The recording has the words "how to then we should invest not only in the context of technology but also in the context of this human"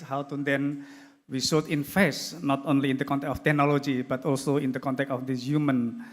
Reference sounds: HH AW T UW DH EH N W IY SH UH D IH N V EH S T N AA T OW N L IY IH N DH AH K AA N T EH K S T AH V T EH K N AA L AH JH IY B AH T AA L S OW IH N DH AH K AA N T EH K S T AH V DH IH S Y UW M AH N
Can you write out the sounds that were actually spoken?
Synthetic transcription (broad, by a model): HH AW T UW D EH N W IY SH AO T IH N F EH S N AA T OW N L IY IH N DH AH K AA N T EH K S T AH F T EH K N AA L AH JH IY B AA T AA L S OW IH N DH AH K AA N T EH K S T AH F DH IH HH Y UW M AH N